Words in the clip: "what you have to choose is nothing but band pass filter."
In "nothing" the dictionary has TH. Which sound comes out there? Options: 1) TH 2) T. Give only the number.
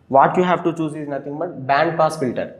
2